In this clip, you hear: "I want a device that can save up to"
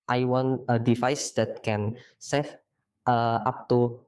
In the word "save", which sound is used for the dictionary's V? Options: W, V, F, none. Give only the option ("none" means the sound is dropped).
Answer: F